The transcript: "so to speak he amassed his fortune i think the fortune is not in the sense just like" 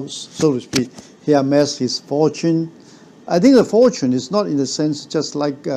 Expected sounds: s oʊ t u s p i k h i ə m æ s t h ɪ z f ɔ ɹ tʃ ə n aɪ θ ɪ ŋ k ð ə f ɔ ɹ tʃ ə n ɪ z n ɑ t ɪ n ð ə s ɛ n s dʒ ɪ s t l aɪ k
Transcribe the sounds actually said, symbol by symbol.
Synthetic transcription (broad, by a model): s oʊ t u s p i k h i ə m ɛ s h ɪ s f ɔ tʃ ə n aɪ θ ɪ ŋ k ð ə f ɔ tʃ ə n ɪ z n ɑ t ɪ n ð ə s ɛ n s dʒ ɪ s t l aɪ k